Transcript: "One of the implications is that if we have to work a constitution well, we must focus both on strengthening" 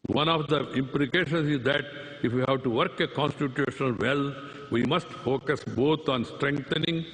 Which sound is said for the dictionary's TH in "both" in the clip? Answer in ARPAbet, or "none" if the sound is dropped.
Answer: T